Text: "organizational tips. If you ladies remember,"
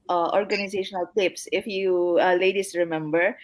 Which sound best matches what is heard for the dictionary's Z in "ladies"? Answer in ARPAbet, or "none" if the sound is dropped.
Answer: S